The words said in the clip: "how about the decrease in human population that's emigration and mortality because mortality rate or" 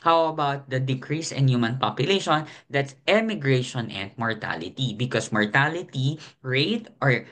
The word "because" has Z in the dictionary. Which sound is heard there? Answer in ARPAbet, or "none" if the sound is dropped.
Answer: S